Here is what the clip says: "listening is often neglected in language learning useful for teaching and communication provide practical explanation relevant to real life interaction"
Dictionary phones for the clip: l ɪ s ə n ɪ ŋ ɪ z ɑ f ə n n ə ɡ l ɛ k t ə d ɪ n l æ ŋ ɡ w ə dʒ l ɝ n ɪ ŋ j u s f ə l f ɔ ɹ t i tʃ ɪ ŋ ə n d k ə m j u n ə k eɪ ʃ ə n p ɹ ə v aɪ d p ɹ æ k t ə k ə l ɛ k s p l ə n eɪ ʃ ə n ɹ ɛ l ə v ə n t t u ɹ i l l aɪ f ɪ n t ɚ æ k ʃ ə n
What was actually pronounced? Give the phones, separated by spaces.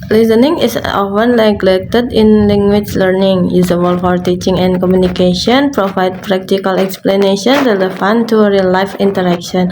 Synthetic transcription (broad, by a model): l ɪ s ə n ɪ ŋ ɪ s ɑ f ə n l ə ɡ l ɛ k t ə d ɪ n l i ŋ ɡ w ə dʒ l ɝ n ɪ ŋ j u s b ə l f ɔ ɹ t i tʃ ɪ ŋ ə n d k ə m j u n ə k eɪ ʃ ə n p ɹ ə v aɪ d p ɹ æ k t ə k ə l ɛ k s p l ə n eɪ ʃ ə n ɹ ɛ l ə f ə n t t u ɹ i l l aɪ f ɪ n t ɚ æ k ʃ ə n